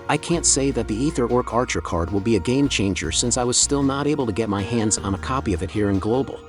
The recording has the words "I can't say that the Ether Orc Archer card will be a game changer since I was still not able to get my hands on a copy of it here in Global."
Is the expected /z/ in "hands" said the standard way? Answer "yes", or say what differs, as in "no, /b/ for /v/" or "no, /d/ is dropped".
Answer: yes